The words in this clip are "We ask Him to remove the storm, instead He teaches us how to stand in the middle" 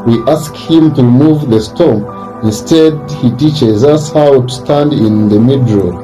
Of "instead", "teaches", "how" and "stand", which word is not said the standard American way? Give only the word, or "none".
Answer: none